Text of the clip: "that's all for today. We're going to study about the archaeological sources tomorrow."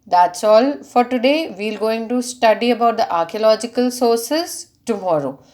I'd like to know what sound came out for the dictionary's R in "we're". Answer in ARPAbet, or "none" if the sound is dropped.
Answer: L